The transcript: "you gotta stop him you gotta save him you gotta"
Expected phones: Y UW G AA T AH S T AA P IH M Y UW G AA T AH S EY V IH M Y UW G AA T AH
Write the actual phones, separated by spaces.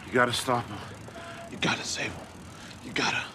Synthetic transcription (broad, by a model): Y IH G AA T AH S T AA P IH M Y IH G AA T AH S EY IH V Y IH G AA T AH